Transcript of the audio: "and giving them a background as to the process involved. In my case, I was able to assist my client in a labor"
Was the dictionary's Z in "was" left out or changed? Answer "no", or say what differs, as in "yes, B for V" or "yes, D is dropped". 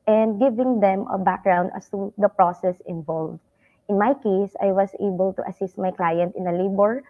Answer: yes, S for Z